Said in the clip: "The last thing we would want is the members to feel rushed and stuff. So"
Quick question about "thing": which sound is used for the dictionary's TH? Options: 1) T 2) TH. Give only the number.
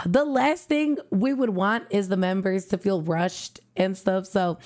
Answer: 2